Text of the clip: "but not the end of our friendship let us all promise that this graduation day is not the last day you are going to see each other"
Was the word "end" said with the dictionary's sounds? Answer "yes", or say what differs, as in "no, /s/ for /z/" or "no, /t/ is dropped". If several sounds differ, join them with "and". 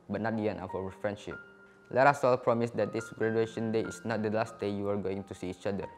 no, /d/ is dropped